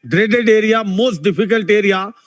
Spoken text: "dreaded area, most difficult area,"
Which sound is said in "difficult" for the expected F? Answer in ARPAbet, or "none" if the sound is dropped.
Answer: P